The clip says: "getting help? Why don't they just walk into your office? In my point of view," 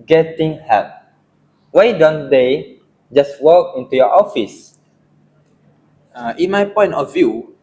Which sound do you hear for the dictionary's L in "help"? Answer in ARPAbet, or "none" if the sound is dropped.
none